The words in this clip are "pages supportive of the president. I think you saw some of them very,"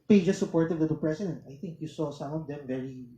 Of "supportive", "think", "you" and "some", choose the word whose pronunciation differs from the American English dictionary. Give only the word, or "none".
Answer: supportive